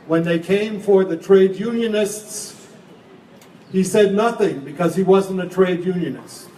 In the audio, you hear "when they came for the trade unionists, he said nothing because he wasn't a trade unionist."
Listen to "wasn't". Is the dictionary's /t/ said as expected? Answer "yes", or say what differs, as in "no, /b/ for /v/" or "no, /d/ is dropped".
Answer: yes